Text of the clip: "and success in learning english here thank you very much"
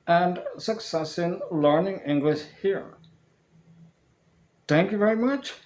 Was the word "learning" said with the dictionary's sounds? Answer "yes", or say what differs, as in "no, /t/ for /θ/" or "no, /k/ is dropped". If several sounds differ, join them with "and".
yes